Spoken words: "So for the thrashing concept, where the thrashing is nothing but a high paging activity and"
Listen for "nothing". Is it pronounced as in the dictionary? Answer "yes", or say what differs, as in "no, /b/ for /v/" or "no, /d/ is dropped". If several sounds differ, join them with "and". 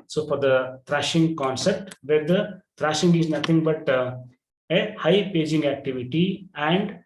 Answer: no, /t/ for /θ/